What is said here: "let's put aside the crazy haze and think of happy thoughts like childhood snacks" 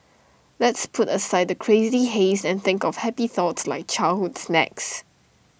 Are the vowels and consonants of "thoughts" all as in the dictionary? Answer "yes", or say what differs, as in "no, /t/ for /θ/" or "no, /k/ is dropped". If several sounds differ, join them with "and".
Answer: yes